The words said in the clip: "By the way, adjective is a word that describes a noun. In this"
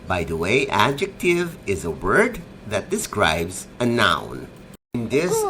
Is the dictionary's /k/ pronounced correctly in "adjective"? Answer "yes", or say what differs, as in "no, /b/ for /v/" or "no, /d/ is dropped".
yes